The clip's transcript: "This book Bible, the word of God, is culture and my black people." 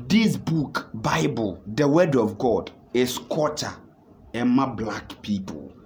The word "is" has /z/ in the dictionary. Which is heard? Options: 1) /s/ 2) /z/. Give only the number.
1